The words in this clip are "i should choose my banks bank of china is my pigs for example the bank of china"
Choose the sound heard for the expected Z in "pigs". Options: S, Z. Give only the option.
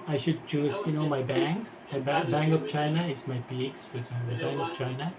S